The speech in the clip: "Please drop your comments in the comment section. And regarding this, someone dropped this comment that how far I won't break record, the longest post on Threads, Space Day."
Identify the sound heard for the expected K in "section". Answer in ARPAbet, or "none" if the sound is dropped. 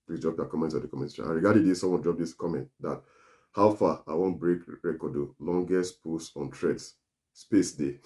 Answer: none